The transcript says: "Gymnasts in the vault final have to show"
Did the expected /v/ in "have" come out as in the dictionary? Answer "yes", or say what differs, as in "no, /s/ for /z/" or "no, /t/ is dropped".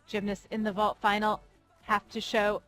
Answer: no, /f/ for /v/